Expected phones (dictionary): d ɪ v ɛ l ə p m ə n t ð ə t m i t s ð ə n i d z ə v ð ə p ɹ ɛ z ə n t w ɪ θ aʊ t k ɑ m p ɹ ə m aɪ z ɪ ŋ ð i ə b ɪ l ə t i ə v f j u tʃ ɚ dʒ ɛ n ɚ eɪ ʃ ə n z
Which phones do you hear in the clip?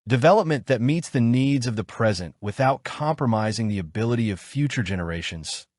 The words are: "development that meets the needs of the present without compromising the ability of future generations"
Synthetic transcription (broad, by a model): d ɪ v ɛ l ə p m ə n ð ə t m i t s ð ə n i d z ə v ð ə p ɹ ɛ z ə n t w ɪ θ aʊ t k ɑ m p ɹ ə m aɪ z ɪ ŋ ð i ə b ɪ l ə t i ə v f j u tʃ ɚ dʒ ɛ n ɚ eɪ ʃ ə n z